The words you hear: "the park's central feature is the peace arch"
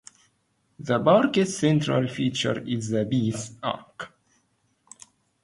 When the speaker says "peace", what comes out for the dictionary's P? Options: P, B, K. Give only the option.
B